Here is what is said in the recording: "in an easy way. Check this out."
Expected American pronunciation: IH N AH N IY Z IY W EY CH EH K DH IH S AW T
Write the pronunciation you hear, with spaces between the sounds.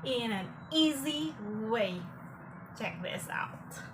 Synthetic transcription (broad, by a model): IH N AH N IY Z IY W EY CH EH K DH IH S AW T